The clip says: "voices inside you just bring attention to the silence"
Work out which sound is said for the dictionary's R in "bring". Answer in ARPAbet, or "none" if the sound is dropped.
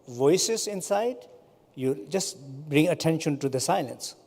R